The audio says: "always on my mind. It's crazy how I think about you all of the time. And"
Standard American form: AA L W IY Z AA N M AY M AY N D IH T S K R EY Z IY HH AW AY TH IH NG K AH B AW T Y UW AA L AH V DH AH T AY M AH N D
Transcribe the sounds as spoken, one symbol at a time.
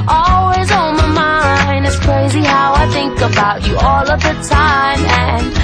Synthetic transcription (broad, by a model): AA L W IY Z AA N M AY M AY N IH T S K R EY Z IY HH AW AY TH IH NG K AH B AW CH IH AA L AH V DH AH T AY M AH N